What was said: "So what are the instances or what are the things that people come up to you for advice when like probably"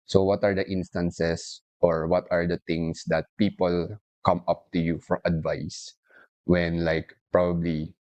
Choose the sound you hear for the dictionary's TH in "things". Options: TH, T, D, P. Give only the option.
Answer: T